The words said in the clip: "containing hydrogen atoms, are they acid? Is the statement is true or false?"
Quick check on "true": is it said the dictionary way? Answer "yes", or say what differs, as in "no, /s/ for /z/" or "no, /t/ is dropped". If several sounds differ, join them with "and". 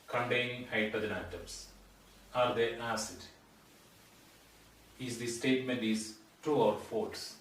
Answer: no, /ɹ/ is dropped